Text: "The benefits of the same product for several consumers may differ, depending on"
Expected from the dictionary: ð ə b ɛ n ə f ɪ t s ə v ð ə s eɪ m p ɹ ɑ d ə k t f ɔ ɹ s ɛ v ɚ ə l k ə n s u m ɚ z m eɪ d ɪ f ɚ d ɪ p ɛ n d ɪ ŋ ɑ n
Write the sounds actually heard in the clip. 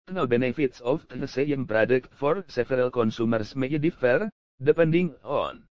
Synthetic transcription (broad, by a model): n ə b ɛ n ə f ɪ t s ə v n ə s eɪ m p ɹ ɑ d ə k t f ɔ ɹ s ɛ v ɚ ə l k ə n s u m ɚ s m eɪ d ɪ f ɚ d ɪ p ɛ n d ɪ ŋ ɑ n